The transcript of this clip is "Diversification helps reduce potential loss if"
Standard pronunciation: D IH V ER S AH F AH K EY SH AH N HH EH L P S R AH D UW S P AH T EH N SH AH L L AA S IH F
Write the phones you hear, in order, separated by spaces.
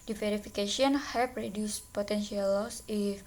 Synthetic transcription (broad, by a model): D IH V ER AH F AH K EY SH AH N HH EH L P R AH D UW S P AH T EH N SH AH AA L AA S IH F